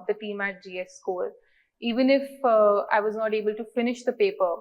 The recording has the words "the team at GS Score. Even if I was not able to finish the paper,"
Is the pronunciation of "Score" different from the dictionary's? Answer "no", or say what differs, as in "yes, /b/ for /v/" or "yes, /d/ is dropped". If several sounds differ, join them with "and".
yes, /l/ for /ɹ/